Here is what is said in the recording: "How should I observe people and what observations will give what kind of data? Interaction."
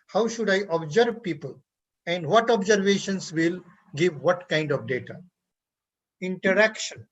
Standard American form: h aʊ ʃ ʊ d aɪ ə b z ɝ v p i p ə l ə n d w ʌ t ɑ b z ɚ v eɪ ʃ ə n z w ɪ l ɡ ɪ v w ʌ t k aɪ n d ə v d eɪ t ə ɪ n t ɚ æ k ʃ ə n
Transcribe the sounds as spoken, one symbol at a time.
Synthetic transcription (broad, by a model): h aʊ ʃ ʊ d aɪ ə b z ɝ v p i p ə l ə n d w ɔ t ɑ b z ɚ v eɪ ʃ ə n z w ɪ l ɡ ɪ v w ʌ t k aɪ n d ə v d eɪ t ə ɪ n t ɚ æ k ʃ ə n